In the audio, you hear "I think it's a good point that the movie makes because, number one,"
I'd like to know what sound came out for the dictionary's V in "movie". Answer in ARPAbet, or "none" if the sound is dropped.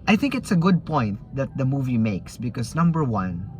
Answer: V